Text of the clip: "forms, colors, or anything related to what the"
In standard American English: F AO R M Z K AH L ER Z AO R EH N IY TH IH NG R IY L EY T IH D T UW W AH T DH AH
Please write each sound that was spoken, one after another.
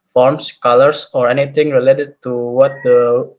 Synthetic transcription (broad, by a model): F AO R M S K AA L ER S AO R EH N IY T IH NG R IY L EY T IH D T UW W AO T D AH